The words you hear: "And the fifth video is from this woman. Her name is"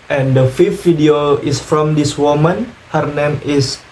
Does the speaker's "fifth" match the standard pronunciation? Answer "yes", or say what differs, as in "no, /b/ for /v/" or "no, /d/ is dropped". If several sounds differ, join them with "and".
no, /f/ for /θ/